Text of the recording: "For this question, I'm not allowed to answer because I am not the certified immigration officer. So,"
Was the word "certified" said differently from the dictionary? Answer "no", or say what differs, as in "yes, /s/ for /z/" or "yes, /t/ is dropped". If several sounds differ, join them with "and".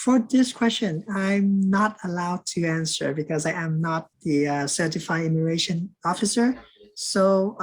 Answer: yes, /d/ is dropped